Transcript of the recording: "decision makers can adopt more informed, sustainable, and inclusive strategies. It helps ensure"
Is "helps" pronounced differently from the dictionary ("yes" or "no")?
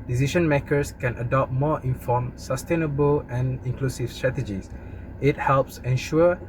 no